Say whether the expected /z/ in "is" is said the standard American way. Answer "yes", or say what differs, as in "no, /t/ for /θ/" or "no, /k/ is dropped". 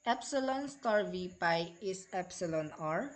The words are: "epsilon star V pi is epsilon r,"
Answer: no, /s/ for /z/